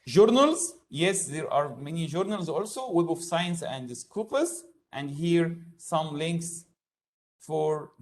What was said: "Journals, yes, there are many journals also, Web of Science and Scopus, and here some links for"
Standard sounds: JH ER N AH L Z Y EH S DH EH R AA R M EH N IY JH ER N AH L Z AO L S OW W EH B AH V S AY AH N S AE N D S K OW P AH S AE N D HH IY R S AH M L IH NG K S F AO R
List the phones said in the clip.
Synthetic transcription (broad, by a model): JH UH N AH L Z Y EH S DH EH R AA R M EH N IY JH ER N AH L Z AO L S OW W EH B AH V S AY AH N S AE N D S K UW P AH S AE N D HH IY R S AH M L IH NG K S F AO R